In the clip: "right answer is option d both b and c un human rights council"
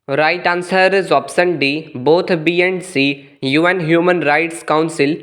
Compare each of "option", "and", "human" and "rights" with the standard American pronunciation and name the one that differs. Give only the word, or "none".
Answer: option